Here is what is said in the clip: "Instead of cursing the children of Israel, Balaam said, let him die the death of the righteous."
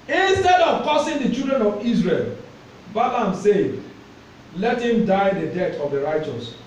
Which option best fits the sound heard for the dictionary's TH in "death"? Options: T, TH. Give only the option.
T